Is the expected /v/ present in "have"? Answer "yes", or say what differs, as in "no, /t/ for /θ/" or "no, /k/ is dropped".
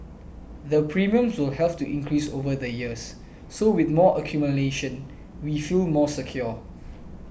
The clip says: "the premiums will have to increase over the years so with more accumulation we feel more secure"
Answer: no, /p/ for /v/